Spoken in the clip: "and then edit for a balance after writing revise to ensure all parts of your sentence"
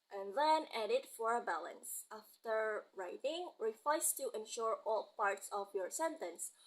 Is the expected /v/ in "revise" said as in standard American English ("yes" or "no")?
no